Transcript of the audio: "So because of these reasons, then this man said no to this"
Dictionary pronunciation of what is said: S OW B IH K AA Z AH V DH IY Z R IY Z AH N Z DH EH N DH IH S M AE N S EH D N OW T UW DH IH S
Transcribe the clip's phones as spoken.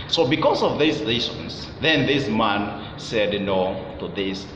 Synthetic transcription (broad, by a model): S OW B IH K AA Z AH V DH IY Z L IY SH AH N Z DH EH N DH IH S M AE N S EH D N OW T UW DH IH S